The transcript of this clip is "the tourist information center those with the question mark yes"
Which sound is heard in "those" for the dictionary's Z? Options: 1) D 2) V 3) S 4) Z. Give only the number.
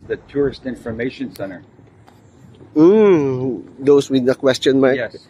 3